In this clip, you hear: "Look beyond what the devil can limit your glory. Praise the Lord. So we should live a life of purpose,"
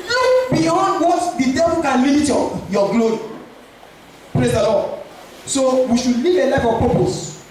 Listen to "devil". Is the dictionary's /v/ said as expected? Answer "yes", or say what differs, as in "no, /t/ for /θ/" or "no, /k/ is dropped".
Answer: no, /p/ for /v/